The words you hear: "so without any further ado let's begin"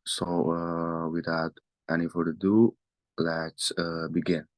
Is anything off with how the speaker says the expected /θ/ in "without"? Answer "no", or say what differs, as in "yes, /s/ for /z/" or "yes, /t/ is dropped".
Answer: yes, /t/ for /θ/